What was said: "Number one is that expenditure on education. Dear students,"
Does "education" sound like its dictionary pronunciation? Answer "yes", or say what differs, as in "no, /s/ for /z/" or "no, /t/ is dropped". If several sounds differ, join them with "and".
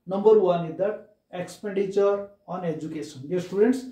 no, /s/ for /ʃ/